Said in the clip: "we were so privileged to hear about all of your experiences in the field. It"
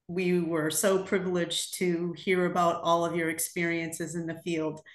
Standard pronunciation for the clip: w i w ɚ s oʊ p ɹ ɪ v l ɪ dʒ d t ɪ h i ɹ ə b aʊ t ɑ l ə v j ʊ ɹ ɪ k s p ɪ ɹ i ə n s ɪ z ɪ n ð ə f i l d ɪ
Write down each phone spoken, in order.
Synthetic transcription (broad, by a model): w i w ɚ s oʊ p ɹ ɪ v l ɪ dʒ t ɪ h i ɹ ə b aʊ t ɑ l ə v j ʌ ɹ ɪ k s p ɪ ɹ i ə n s ɪ z ɪ n ð ə f i l d